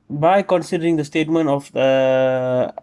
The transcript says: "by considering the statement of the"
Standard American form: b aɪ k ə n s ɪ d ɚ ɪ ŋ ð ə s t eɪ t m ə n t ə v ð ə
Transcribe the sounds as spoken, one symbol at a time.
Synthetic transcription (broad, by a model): b aɪ k ə n s ɪ d ɚ ɪ ŋ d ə s t eɪ t m ə n t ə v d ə